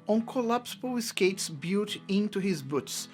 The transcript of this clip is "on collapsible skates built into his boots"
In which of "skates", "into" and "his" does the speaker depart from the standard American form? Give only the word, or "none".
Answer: none